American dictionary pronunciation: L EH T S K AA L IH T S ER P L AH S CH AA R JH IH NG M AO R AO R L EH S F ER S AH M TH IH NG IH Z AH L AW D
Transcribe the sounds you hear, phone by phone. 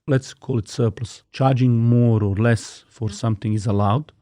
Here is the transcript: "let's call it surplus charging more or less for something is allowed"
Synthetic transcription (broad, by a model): L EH T S K AA L IH T S ER P L AH S CH AA R JH IH NG M AO R AO R L EH S F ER S AH M TH IH NG IH Z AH L AW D